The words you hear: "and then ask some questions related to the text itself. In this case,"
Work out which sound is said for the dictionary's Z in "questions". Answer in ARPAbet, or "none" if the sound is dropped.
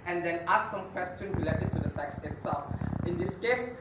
none